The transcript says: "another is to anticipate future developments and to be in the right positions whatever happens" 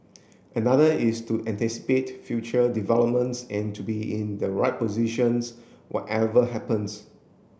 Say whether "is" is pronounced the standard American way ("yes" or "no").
no